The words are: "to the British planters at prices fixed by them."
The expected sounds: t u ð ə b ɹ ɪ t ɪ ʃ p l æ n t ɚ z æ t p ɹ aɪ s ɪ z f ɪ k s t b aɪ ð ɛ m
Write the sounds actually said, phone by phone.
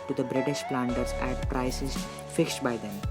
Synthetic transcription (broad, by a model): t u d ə b ɹ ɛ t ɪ s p l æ n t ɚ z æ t p ɹ aɪ s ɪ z f ɪ k s t b aɪ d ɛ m